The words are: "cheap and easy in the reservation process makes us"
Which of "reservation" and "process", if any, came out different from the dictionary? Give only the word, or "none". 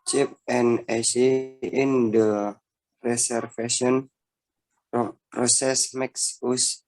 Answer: reservation